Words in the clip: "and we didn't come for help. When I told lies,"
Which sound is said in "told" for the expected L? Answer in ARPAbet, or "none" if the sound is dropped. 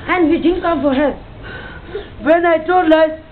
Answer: none